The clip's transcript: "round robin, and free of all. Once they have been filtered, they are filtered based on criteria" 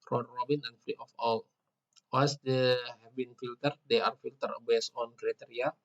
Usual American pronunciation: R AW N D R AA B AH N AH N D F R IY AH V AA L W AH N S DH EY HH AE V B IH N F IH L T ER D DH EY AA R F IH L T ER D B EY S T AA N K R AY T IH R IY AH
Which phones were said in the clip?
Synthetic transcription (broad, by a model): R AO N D R AA B AH N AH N F R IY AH F AA L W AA S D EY HH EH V B IH N F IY L T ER D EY AA R F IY L T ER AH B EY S AA N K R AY T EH R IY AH